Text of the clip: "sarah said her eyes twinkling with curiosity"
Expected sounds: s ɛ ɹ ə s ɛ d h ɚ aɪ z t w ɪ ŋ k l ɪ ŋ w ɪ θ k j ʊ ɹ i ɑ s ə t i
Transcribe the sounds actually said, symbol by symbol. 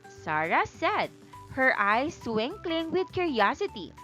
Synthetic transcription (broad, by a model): s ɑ ɹ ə s ɛ d h ɚ aɪ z s w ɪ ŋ k l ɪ ŋ w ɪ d k j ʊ ɹ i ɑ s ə t i